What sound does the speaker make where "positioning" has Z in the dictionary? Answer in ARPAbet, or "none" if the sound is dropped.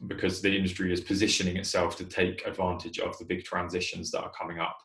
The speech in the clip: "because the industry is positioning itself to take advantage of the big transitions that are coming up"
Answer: Z